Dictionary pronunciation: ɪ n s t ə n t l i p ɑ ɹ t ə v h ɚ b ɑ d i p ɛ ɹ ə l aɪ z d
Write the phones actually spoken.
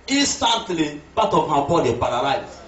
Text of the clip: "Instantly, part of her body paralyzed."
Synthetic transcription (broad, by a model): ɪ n s t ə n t l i b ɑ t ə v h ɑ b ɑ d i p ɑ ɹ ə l aɪ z